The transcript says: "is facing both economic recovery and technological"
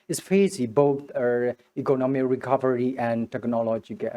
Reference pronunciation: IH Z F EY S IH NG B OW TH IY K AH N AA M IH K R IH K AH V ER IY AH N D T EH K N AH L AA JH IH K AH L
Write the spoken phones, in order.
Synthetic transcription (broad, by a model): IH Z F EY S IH B OW T IY K AH N AA M IH K R IH K AH V ER IY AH N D T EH K N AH L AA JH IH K